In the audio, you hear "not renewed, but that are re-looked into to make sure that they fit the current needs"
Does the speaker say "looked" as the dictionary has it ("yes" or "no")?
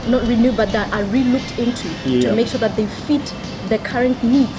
yes